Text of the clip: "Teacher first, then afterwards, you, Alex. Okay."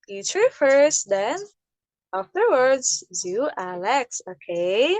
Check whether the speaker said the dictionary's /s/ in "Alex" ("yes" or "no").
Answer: yes